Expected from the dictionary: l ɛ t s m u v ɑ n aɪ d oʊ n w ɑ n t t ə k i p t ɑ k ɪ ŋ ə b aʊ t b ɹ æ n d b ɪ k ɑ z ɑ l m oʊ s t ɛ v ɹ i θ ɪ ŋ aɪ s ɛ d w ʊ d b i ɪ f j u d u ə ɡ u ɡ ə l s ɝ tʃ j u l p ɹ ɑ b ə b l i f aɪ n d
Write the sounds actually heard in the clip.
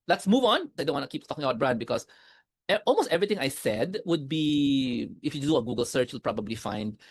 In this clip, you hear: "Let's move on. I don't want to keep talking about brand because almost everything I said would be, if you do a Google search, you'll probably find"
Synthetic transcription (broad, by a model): l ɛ t s m u v ɑ n aɪ d oʊ n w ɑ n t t k i p t ɑ k ɪ ŋ ə b aʊ t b ɹ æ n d b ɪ k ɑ s ɑ l m oʊ s t ɛ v ɹ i t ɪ ŋ aɪ s ɛ d w ʊ d b i ɪ f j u d u ə ɡ u ɡ ə l s ɝ tʃ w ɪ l p ɹ ɑ b ə b l i f aɪ n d